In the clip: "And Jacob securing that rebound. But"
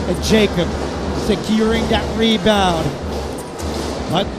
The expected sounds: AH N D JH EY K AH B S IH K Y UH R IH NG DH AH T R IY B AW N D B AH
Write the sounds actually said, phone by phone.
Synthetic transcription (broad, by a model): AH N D JH EY K AH B S IH K Y UH R IH NG DH AH T R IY B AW D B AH